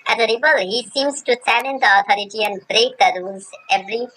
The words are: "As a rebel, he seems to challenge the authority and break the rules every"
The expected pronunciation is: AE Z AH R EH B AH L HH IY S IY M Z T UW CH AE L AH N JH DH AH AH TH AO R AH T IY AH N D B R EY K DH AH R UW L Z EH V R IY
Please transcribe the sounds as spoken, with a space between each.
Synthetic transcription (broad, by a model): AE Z AH R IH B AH L HH IY S IY M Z T UW S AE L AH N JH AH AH T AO R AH T IY AH N D B R EY K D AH R UW L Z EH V R IY